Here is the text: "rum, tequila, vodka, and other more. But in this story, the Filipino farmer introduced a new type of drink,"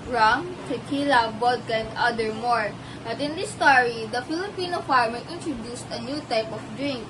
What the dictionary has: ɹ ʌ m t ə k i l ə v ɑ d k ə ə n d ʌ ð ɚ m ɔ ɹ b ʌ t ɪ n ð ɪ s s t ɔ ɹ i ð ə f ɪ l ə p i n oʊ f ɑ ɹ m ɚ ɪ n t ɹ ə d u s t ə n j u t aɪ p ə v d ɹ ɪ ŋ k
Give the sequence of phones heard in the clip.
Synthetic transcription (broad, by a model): ɹ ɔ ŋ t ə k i l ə b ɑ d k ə ə n d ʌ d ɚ m ɔ ɹ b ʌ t ɪ n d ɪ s s t ɔ ɹ i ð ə f ɪ l ə p i n oʊ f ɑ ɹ m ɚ ɪ n t ɹ ə d u s t ə n j u t aɪ p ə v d ɹ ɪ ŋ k